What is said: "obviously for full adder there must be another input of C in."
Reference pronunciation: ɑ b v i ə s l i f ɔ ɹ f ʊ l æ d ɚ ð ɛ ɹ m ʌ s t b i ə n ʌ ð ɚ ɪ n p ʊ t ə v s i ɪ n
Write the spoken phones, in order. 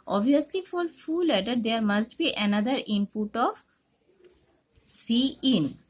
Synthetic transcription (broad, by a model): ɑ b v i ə s l i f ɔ l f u l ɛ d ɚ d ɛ ɹ m ʌ s t b i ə n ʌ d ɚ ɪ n p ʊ t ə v s i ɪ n